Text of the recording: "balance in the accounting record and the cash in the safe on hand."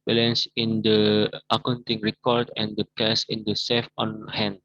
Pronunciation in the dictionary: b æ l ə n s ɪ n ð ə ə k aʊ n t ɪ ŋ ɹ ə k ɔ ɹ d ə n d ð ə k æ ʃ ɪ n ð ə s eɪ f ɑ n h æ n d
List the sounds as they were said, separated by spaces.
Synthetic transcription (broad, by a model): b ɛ l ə n s ɪ n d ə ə k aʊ n t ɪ ŋ ɹ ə k ɔ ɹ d ə n d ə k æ s ɪ n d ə s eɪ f ɑ n h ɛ n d